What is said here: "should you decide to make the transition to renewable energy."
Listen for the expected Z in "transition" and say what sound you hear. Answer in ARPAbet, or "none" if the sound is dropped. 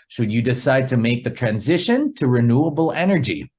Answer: Z